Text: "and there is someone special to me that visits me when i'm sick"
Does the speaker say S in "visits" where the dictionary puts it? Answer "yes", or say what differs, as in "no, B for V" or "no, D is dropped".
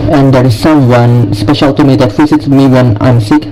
no, S is dropped